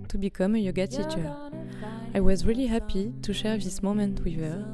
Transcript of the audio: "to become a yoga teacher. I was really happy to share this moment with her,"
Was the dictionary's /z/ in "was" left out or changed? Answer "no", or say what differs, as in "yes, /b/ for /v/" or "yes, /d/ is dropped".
no